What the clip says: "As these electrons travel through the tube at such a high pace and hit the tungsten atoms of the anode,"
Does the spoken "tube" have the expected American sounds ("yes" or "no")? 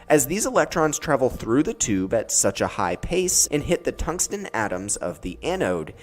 yes